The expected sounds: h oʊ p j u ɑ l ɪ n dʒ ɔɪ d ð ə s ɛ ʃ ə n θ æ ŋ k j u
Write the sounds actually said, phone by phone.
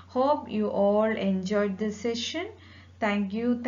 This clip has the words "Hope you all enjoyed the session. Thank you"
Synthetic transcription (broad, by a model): h oʊ p j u ɑ l ɪ n dʒ ɔɪ d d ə s ɛ ʃ ə n t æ ŋ k j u